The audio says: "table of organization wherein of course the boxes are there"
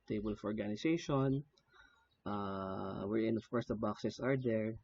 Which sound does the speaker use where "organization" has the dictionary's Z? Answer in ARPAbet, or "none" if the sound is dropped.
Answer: S